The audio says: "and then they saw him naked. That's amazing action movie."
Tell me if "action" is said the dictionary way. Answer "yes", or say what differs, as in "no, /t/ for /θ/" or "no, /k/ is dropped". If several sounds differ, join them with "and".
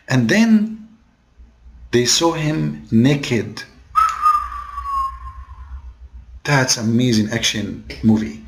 yes